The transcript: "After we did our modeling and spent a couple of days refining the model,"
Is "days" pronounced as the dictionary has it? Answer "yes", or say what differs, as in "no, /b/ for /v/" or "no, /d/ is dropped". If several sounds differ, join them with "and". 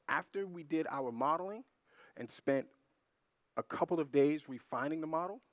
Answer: yes